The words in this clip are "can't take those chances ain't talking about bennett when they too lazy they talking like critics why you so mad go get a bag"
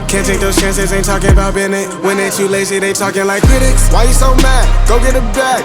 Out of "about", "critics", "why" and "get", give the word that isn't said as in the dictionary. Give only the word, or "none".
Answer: none